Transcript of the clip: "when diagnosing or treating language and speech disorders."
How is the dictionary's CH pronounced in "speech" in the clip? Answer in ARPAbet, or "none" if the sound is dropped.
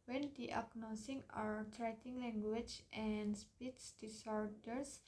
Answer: S